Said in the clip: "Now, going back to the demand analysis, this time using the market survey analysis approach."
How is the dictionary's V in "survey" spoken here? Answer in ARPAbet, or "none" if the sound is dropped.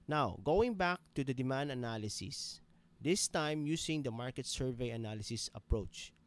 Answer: V